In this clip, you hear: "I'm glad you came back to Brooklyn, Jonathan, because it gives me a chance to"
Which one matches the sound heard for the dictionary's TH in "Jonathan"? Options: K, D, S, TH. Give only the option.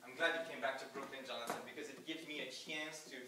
S